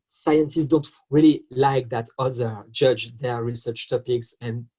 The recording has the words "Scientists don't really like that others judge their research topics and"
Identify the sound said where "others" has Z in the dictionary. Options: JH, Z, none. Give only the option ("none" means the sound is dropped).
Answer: none